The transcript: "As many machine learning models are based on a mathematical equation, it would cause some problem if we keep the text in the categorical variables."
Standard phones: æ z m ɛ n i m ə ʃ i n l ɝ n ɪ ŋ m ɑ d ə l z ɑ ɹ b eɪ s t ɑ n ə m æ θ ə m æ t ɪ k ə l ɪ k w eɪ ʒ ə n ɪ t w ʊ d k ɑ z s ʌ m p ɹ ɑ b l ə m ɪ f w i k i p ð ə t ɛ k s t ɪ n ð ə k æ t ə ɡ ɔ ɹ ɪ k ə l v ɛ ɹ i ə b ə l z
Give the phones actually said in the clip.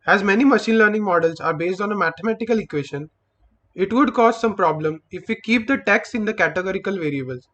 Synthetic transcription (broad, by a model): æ z m ɛ n i m ə ʃ i n l ɝ n ɪ ŋ m ɑ d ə l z ɑ ɹ b eɪ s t ɑ n ə m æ t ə m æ t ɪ k ə l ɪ k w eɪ ʃ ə n ɪ t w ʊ d k ɑ z s ʌ m p ɹ ɑ b l ə m ɪ f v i k i p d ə t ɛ k s ɪ n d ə k æ t ə ɡ ɔ ɹ ɪ k ə l v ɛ ɹ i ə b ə l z